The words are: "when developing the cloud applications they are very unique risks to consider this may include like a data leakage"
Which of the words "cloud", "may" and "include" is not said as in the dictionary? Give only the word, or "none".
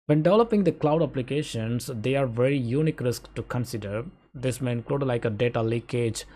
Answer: none